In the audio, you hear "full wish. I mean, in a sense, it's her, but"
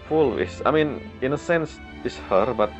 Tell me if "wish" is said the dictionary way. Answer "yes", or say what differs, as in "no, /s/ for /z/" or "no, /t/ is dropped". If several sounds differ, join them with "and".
no, /s/ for /ʃ/